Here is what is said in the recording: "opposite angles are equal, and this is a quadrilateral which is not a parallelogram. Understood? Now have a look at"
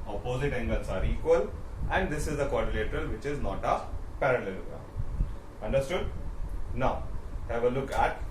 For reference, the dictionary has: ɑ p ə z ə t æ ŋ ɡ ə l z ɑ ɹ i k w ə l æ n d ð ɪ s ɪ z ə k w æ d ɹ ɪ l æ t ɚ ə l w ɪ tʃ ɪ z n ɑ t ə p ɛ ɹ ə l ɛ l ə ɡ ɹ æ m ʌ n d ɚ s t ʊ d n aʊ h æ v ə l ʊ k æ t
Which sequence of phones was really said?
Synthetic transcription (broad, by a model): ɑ p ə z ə t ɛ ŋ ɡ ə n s ɑ ɹ i k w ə l æ n d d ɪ s ɪ z ə k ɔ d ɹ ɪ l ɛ t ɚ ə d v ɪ tʃ ɪ z n ɑ t ə p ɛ ɹ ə l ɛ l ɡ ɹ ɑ ʌ n d ɚ s t ʊ d n aʊ h æ v ə l ʊ k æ t